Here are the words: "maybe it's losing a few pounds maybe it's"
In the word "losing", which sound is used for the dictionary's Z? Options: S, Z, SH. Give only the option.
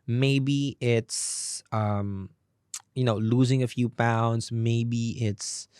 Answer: Z